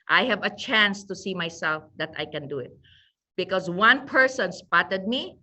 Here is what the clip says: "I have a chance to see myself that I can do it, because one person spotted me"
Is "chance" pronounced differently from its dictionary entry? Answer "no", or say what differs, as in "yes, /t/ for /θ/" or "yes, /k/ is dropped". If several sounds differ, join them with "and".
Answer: no